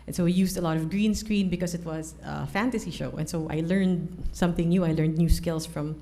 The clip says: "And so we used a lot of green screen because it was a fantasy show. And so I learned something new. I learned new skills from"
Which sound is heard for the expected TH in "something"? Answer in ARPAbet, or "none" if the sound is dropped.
TH